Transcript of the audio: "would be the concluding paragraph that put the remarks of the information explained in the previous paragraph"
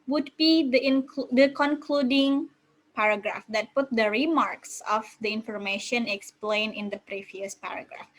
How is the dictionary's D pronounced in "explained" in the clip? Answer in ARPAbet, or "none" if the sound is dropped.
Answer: none